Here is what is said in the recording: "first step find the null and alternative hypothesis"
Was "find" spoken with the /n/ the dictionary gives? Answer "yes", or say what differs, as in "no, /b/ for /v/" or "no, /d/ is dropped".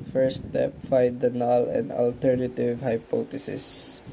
no, /n/ is dropped